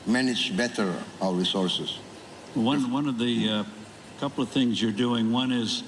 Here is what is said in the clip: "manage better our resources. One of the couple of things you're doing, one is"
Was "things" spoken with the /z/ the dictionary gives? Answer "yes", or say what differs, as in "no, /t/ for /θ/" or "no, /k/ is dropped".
yes